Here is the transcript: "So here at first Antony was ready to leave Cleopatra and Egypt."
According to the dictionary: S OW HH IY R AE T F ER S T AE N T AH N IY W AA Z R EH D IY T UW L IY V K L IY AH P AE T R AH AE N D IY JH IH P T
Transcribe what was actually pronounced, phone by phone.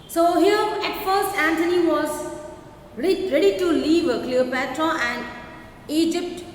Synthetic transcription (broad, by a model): S OW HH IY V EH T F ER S AE N T AH N IY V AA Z R EH D IY T UW L IY V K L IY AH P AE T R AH AE N D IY JH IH P T